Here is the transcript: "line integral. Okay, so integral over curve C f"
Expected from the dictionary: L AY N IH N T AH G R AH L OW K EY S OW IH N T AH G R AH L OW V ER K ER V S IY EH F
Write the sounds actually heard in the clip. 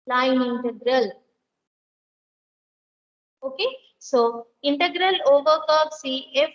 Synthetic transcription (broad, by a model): L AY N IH N T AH G R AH L OW K EY S OW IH N T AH G R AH L OW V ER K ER P S IY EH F